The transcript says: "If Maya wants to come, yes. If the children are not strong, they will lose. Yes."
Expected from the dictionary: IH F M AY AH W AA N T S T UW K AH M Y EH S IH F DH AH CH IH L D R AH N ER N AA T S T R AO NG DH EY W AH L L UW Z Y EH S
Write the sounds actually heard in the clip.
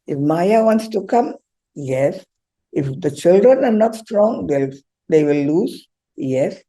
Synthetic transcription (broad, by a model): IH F M AY AH W AA N T S T UW K AH M Y EH S IH F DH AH CH IH L D R AH N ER N AA T S T R AO NG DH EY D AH W L UW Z Y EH S